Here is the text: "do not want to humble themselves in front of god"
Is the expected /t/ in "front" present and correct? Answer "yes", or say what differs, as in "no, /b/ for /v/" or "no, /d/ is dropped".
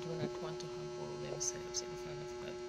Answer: no, /t/ is dropped